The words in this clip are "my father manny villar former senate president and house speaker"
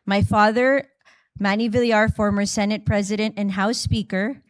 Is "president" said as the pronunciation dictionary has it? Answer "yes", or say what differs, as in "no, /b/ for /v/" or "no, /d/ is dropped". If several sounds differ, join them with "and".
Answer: yes